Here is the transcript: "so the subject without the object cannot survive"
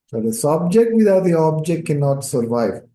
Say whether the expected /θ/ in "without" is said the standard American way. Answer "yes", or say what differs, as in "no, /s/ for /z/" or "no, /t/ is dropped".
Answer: no, /t/ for /θ/